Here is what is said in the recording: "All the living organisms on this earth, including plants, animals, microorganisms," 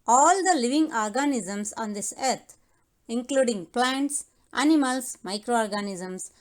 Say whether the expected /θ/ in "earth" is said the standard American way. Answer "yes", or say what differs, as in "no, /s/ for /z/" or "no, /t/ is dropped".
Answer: no, /t/ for /θ/